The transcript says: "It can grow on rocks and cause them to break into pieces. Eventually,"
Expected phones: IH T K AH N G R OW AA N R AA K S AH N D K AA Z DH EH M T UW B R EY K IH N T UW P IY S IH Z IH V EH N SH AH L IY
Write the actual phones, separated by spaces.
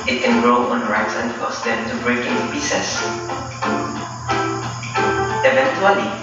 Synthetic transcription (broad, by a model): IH T K AH N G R OW AA N R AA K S AH N D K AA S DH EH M T UW B R EY K IH N T UW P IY S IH S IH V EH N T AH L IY